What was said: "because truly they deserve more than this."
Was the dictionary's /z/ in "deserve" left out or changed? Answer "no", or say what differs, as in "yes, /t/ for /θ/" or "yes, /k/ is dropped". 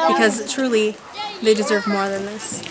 no